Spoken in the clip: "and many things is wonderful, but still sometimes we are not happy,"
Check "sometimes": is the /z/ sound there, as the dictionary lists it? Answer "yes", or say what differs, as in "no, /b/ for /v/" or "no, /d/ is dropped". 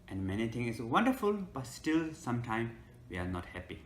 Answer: no, /z/ is dropped